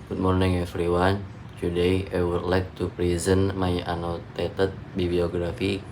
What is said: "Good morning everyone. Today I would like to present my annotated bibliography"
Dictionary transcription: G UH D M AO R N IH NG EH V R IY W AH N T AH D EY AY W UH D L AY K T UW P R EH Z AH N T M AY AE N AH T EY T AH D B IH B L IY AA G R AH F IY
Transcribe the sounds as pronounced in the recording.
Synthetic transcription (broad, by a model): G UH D M AO R N IH NG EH F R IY W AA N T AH D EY AY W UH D L AY K T UW P R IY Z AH N M AY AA N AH T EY T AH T B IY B L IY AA G R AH F IY